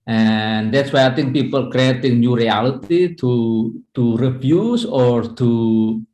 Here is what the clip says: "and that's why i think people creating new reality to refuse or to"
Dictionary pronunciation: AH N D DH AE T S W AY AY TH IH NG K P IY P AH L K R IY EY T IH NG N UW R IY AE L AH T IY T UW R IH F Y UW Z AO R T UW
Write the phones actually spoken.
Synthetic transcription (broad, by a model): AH N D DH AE T S W AY AY T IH NG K P IY P AH L K R IY EY T IH NG N UW R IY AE L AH T IY T UW R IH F Y UW S AO R T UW